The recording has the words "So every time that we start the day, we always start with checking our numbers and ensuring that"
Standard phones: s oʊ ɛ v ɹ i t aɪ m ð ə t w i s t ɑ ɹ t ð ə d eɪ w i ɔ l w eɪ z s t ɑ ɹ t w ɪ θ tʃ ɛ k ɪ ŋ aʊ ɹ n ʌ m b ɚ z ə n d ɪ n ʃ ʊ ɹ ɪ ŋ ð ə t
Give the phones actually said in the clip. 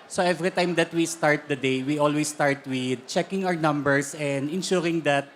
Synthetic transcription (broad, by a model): s oʊ ɛ v ɹ i t aɪ m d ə t w i s t ɑ ɹ t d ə d eɪ w i ɔ l w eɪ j s t ɑ ɹ t w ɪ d tʃ ɛ k ɪ ŋ aʊ ɹ n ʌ m b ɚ s ə n d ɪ n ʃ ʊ ɹ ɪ ŋ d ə t